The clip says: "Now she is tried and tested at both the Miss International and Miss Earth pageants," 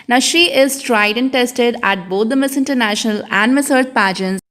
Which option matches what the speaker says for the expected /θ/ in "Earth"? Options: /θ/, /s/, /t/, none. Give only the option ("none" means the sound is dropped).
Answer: /t/